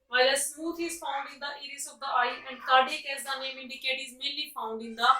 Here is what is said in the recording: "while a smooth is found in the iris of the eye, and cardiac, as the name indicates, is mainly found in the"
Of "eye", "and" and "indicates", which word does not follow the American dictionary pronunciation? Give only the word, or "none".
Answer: indicates